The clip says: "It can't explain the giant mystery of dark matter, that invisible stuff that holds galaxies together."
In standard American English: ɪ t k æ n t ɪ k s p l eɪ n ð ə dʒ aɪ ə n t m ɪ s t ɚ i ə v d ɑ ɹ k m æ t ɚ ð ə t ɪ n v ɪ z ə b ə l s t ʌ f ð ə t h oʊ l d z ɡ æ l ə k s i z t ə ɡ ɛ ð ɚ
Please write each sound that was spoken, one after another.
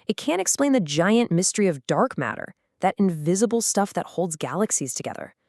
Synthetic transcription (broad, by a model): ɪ t k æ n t ɪ k s p l eɪ n ð ə dʒ aɪ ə n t m ɪ s t ɚ i ə v d ɑ ɹ k m æ t ɚ ð ə t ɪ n v ɪ z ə b l s t ʌ f ð ə t h oʊ l d z ɡ æ l ə k s i z t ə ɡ ɛ ð ɚ